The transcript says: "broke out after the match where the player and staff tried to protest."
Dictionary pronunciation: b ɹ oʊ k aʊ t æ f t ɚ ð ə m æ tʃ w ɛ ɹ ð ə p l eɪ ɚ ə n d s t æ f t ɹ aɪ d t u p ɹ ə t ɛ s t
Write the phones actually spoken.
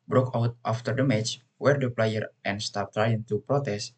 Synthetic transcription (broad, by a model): b ɹ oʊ k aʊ t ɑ f t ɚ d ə m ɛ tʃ w ɛ ɹ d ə p l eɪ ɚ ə n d s t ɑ p t ɹ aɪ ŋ t u p ɹ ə t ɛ s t